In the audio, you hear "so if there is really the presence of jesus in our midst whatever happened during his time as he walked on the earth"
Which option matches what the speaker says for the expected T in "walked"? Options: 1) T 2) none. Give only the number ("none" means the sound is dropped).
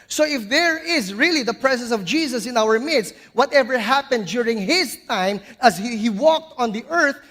1